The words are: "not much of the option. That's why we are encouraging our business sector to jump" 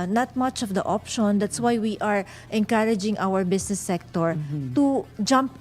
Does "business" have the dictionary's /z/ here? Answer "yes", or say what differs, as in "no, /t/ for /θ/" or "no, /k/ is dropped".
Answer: no, /s/ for /z/